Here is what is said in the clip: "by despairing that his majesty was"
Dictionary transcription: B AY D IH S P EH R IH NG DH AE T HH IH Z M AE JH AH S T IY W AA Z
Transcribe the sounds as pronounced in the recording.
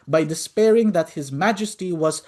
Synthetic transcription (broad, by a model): B AY D IH S P EH R IH NG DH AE T HH IH Z M AE JH AH S T IY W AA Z